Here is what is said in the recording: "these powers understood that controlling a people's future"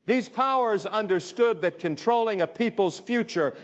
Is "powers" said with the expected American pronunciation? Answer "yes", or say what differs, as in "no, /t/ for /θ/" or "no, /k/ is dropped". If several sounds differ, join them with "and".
yes